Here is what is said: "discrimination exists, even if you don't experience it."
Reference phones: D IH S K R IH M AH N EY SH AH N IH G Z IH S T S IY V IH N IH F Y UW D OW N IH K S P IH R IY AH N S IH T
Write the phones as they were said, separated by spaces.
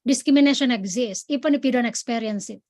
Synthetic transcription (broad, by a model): D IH S K R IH M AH N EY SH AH N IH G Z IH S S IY P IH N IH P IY D OW N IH K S P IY R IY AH N S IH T